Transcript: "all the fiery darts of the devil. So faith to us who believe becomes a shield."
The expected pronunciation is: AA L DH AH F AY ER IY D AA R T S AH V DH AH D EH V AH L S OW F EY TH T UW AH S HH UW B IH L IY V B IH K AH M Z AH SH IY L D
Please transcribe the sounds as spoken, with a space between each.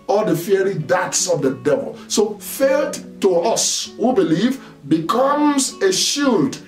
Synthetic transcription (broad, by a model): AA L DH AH F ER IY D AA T S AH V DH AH D EH V AH L S OW F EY T T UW AH S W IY B IH L IY V B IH K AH M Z AH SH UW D